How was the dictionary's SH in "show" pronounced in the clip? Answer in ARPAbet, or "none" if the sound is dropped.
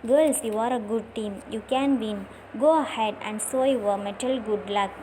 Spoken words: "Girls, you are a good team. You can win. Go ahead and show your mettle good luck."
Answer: S